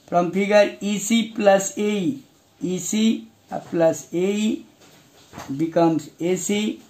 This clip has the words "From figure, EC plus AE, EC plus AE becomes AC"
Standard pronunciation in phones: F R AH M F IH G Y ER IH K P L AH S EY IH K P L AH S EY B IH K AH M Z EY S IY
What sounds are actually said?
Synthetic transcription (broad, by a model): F R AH M P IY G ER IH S P L AH S EY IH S P L AH S EY B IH K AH M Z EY S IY